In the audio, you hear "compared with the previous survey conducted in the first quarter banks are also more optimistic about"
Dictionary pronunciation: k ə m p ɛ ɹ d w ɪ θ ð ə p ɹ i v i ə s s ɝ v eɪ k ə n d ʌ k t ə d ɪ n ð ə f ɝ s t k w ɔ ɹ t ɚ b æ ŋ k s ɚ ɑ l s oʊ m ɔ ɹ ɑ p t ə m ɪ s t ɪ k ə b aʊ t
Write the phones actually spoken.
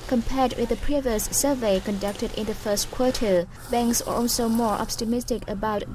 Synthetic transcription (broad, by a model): k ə m p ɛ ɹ d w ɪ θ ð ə p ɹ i v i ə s s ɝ v eɪ k ə n d ʌ k t ə d ɪ n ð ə f ɝ s t k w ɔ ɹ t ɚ b æ ŋ k s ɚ ɑ l s oʊ m ɔ ɹ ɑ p t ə m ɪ s t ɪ k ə b aʊ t